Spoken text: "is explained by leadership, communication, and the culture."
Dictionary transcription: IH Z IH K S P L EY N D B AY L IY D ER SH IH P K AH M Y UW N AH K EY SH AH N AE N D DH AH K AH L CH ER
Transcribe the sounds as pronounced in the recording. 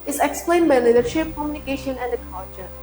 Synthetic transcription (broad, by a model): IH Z IH K S P L EY N D B AY L IY D ER SH IH P K AH M Y UW N AH K EY SH AH N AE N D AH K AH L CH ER